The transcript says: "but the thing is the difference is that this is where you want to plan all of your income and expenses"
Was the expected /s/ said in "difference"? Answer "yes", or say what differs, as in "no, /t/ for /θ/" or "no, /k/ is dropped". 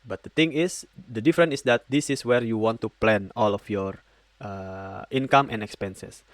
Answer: no, /s/ is dropped